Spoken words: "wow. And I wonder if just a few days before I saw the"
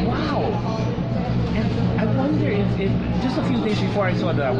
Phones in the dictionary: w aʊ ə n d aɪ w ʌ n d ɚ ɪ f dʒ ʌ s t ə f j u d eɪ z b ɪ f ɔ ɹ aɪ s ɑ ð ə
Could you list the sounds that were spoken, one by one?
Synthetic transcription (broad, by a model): w aʊ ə n aɪ w ʌ n d ɚ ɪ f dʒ ʌ s t ə f j u d eɪ z b ɪ f ɔ ɹ aɪ s ɑ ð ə